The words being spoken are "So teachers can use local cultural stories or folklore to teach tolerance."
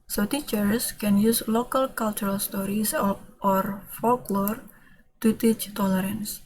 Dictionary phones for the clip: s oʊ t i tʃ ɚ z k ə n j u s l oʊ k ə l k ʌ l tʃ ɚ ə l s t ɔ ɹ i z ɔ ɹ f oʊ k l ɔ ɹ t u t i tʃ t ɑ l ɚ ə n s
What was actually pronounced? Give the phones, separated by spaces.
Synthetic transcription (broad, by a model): s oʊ t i tʃ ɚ s k ə n j u s l oʊ k ə l k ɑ l tʃ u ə l s t ɔ ɹ i s ɔ ɹ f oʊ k l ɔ ɹ t u t i tʃ t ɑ l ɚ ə n s